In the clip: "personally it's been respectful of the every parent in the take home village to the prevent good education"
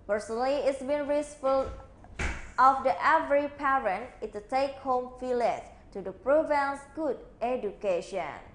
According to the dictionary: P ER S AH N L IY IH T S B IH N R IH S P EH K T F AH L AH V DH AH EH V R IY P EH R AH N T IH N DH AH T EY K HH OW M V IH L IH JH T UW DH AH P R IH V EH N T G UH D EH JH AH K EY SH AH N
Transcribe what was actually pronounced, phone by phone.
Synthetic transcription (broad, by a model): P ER S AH N L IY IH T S B IH N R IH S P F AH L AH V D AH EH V R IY P EH R AH N T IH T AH T EY K HH OW M F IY L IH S T UW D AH P R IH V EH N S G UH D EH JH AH K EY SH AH N